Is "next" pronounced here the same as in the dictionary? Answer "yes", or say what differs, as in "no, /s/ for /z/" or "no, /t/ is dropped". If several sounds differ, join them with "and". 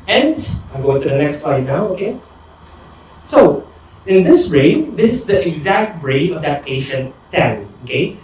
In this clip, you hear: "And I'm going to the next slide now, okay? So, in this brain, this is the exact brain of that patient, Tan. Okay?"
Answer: yes